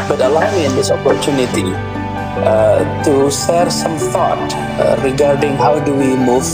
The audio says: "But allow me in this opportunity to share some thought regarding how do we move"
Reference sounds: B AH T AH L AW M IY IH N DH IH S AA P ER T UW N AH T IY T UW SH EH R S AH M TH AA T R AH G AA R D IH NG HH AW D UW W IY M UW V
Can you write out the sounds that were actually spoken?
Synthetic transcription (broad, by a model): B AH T AH L AW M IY IH N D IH S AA P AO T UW N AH T IY T UW S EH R S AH M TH AA T R AH G AA R D IH NG HH AW D UW W IY M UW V